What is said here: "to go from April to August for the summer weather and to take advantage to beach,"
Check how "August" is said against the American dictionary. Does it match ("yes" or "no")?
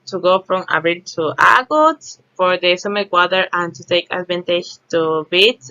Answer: no